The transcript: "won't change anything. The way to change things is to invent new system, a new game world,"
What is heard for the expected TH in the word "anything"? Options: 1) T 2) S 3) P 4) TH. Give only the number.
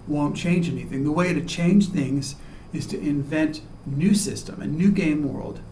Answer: 4